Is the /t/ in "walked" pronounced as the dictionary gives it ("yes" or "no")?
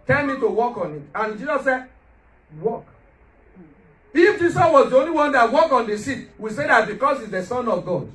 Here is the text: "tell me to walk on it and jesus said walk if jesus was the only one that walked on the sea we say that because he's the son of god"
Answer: no